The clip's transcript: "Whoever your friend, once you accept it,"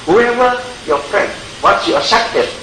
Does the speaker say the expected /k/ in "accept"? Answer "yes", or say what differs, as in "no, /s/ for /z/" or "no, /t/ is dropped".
no, /k/ is dropped